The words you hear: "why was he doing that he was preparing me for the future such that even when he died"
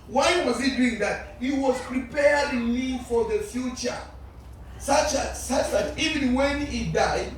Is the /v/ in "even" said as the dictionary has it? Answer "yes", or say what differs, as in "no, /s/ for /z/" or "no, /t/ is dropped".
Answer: yes